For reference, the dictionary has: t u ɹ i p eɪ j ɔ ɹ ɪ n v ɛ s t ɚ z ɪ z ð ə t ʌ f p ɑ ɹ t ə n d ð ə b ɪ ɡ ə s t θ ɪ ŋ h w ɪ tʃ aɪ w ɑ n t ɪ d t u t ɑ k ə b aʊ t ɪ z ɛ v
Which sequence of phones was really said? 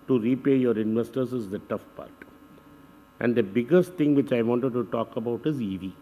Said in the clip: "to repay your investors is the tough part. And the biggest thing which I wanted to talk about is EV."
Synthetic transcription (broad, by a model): t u ɹ i p eɪ j ɔ ɹ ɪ n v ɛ s t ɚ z ɪ z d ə t ʌ f p ɑ ɹ t ə n d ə b ɪ ɡ ə s t t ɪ ŋ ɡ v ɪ tʃ aɪ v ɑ n t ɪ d t u t ɑ k ə b aʊ t ɪ z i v